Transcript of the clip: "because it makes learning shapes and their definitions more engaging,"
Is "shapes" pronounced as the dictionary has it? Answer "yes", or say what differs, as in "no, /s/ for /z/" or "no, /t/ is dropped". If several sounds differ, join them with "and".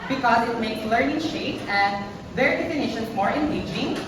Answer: no, /s/ is dropped